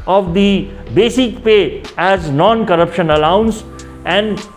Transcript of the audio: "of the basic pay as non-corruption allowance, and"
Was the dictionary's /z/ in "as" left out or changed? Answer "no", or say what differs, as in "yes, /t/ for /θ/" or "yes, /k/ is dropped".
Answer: no